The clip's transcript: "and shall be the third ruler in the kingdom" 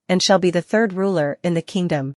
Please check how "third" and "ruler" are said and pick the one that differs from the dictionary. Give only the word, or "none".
none